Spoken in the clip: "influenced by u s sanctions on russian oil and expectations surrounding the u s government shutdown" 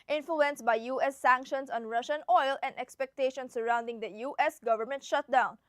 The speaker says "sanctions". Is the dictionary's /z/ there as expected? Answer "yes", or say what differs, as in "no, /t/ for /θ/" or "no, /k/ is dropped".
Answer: no, /s/ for /z/